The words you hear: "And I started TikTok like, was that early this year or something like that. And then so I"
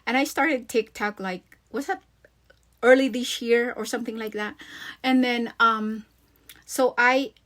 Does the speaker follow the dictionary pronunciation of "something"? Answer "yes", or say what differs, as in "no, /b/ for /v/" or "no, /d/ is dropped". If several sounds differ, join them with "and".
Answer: yes